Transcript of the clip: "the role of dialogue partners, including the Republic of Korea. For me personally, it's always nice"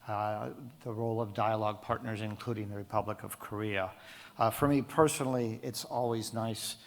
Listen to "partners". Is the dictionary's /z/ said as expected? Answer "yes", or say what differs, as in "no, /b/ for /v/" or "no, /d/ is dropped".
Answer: yes